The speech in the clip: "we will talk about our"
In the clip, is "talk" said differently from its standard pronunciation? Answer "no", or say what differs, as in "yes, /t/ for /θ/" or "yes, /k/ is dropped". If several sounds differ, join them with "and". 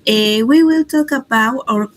no